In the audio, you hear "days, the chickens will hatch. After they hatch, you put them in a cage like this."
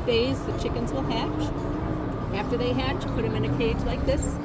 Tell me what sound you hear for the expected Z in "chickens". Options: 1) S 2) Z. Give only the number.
2